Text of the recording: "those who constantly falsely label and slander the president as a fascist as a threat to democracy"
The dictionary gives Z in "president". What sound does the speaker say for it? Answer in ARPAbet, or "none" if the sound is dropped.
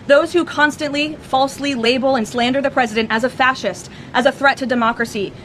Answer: Z